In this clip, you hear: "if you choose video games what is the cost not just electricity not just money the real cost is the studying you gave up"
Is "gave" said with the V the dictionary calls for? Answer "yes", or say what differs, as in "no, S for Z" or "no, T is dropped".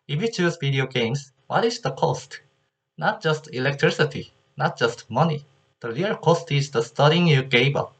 no, B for V